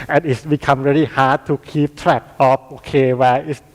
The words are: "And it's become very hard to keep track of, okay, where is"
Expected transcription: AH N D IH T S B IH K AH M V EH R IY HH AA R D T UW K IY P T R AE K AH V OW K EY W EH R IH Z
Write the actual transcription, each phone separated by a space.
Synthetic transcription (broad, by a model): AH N IH T S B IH K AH M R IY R IY HH AA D T UW K IY P T R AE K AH P OW K EY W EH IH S